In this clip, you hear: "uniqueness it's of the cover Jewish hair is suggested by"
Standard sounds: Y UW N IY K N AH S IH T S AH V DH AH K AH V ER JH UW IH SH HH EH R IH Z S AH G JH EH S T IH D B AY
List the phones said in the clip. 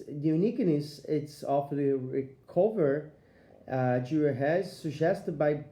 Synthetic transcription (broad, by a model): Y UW N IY K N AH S IH T S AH F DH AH K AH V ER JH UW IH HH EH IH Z S AH G JH EH S T IH D B AY